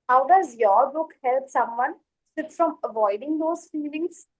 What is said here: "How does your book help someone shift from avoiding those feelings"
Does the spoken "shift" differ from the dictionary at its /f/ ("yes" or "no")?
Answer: yes